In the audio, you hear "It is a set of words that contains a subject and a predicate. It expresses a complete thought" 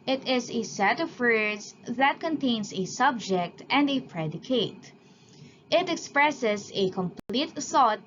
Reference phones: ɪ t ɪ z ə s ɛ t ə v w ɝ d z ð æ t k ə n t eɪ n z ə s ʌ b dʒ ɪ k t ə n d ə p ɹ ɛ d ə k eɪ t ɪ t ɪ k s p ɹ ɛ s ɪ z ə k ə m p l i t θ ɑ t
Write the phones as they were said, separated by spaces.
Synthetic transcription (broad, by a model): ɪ t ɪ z ə s ɛ t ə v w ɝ d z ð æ t k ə n t eɪ n s ə s ʌ b dʒ ɪ k t ə n d ə p ɹ ɛ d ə k eɪ t ɪ t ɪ k s p ɹ ɛ s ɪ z ə k ə m p l i t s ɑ t